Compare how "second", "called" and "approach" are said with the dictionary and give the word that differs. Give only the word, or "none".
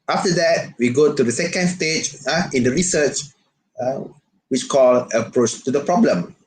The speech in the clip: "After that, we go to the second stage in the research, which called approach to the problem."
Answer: called